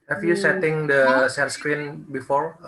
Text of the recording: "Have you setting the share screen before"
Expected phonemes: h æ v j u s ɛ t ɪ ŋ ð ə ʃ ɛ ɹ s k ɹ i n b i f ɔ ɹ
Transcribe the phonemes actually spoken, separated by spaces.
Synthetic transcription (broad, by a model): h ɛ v j u s ɛ t ɪ ŋ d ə s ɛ l s k ɹ i n b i f ɔ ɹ